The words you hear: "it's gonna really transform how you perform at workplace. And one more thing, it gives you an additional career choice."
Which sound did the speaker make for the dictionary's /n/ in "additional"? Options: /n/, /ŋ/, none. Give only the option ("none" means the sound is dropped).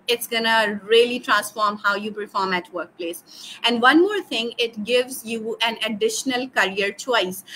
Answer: /n/